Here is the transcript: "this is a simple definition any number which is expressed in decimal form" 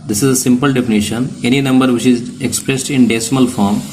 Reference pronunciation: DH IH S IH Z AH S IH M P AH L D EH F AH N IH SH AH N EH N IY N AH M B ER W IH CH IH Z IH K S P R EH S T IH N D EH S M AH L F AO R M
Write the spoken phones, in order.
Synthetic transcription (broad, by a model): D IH S IH Z AH S IH M P AH L D EH F AH N IH SH AH N EH N IY N AH M B ER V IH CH IH Z IH K S P R EH S T IH N D EH S M AH L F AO R M